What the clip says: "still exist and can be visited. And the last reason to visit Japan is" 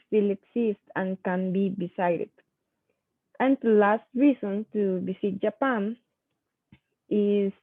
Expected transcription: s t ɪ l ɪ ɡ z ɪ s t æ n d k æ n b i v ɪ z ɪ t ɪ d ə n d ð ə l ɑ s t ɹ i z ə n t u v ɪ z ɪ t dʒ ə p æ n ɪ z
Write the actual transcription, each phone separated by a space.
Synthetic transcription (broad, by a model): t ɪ l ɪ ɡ s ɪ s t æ n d k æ n b i b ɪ s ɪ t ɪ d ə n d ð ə l ɑ s t ɹ i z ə n t u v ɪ s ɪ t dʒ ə p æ n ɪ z